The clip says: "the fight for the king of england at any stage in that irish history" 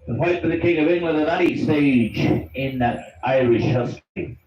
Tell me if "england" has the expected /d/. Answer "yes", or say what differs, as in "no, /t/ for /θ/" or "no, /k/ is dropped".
no, /d/ is dropped